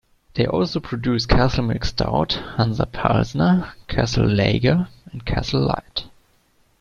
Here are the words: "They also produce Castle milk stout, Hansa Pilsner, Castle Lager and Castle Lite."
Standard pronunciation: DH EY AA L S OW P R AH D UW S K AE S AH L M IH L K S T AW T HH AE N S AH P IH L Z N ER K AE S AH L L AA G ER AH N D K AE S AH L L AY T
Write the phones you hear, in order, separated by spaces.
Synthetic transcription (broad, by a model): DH EY AA L S OW P R AH D UW S K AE S L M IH K S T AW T HH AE N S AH P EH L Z N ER K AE S L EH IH G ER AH N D K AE S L L AY T